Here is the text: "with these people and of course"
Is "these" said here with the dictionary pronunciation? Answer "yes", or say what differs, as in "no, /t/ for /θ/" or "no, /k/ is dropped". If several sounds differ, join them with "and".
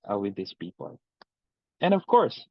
no, /s/ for /z/